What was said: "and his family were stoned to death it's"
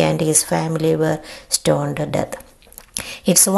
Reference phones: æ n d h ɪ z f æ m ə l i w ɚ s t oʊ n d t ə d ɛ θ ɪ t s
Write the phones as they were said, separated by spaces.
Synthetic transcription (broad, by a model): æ n d h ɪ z f æ m ə l i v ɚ s t oʊ n d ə d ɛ t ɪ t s